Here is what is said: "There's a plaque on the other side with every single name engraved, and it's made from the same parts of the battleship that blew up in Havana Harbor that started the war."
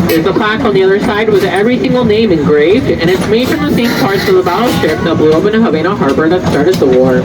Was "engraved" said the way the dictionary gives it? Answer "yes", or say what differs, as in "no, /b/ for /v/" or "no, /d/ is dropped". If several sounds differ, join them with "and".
yes